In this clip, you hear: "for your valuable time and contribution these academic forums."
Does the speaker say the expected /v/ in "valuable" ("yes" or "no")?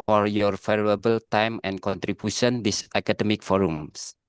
no